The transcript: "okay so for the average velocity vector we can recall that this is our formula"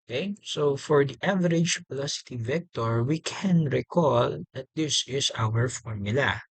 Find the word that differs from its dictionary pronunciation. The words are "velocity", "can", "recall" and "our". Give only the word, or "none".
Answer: velocity